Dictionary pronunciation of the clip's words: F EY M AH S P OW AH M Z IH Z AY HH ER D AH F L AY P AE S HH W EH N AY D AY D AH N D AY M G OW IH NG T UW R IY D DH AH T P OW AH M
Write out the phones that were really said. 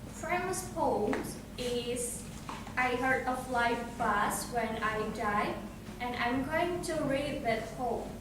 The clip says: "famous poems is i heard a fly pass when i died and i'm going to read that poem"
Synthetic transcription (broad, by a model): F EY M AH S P OW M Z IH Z AY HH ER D AH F L AY F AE S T W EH N AY D AY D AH N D AY M G OW IH NG T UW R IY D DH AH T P OW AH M